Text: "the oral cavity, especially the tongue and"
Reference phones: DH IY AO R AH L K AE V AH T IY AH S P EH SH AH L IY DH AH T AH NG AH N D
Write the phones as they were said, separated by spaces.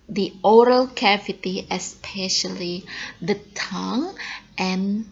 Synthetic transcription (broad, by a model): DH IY AO R AH L K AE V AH T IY AH S P EH SH AH L IY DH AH T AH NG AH N